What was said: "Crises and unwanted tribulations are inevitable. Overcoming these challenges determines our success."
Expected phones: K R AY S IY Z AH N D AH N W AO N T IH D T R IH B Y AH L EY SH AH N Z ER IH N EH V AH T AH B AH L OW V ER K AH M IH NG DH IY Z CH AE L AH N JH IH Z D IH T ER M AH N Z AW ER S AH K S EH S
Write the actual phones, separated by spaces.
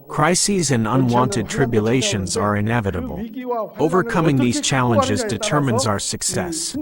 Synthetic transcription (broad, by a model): K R AY S IY Z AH N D AH N W AO N T IH D T R IH B Y AH L EY SH AH N Z ER IH N EH V AH T AH B AH L OW V ER K AH M IH NG DH IY Z CH AE L AH N JH IH Z D IH T ER M AH N Z AW ER S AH K S EH S